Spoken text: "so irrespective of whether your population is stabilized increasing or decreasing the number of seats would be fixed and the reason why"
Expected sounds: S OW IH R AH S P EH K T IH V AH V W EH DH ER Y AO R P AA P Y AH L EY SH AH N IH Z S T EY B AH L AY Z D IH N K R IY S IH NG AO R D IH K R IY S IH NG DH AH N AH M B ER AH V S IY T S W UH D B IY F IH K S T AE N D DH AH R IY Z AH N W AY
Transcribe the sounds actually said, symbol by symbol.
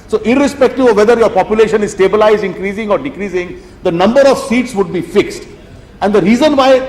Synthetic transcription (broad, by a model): S OW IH R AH S P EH K T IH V AH V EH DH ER Y AO R P AA P Y AH L EY SH AH N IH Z S T EY B AH L AY Z D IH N K R IY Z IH NG AO R D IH K R IY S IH NG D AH N AH M B ER AH V S IY T S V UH D B IY F IH K S T AE N D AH R IY Z AH N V AY